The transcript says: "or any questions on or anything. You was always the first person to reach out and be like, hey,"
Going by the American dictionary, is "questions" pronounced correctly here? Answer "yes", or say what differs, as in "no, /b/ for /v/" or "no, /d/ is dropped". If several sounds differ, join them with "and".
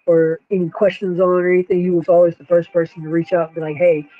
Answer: yes